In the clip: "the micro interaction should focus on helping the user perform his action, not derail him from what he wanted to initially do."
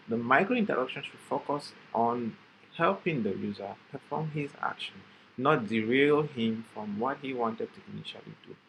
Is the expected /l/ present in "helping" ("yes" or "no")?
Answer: yes